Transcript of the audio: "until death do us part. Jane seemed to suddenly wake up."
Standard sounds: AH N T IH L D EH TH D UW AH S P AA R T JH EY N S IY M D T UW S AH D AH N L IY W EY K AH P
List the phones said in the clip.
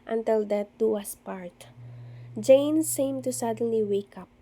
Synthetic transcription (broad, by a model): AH N T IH L D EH T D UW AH S P AA R T JH EY N S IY M T UW S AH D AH N L IY W EY K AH P